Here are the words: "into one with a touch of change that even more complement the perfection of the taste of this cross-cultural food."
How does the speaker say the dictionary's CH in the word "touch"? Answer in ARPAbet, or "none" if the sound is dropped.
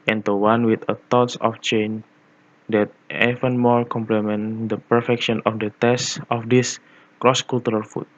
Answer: S